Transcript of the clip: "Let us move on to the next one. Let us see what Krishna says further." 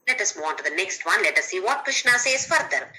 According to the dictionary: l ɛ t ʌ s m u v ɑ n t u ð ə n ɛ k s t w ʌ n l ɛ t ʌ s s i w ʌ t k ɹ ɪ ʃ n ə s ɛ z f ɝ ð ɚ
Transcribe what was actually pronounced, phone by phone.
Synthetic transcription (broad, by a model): l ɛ t ʌ s m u ɑ n t u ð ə n ɛ k s t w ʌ n l ɛ t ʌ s s i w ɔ t k ɹ ɪ ʃ n ə s ɛ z f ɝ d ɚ